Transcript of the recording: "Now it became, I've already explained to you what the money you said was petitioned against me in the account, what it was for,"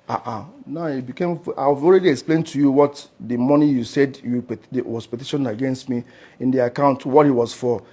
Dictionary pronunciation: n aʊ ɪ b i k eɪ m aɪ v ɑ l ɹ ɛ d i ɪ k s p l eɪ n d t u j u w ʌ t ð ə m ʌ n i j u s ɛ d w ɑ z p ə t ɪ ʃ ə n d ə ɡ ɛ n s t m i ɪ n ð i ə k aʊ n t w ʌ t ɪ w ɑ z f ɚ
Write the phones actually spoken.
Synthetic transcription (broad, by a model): n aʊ ɪ b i k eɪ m aɪ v ɑ l ɹ ɛ d i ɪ k s p l eɪ n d t u j u w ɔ t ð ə m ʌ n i j u s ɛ d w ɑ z p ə t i ʃ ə n ə ɡ ɛ n s t m i ɪ n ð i ə k aʊ n t w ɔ t ɪ w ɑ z f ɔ